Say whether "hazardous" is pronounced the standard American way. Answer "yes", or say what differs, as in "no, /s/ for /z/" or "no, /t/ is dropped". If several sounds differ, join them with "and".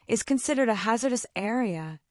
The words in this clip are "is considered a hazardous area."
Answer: yes